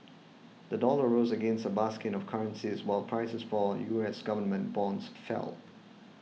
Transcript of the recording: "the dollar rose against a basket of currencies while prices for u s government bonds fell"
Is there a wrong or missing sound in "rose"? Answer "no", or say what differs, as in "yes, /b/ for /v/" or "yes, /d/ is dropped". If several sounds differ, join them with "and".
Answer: no